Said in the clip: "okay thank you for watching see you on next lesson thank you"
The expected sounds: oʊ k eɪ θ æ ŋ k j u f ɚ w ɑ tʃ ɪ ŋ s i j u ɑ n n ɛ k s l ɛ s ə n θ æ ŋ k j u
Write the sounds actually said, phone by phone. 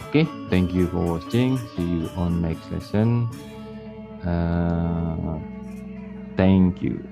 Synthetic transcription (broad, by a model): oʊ k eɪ t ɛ ŋ k j u f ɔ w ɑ s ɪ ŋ s i j u ɑ n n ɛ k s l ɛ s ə n t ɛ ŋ k j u